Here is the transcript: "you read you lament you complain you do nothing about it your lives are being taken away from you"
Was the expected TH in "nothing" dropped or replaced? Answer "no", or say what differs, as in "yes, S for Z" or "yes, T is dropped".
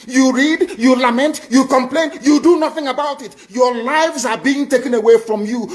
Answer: no